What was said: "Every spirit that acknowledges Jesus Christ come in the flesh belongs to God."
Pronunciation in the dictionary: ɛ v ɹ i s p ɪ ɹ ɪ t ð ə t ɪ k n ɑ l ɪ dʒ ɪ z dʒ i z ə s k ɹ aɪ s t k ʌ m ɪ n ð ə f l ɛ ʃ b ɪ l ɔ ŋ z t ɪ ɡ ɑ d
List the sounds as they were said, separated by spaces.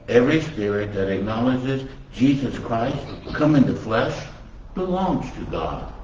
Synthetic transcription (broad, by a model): ɛ v ɹ i s p ɪ ɹ ɪ t ð ə t ɪ k n ɑ l ɪ dʒ ɪ z dʒ i z ə s k ɹ aɪ s t k ʌ m ɪ n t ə f l ɛ ʃ b ɪ l ɔ ŋ z t ɪ ɡ ɑ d